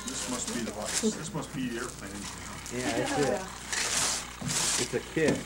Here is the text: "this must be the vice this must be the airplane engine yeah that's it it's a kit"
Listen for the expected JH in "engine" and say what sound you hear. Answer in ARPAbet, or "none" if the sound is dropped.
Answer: none